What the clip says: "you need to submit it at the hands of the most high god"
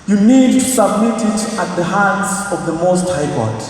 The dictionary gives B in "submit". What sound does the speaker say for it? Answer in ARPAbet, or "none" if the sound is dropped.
B